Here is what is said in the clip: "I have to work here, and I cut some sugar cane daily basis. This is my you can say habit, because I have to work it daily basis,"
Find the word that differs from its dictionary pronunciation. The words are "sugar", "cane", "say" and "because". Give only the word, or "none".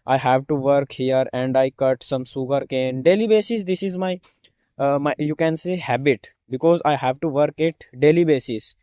sugar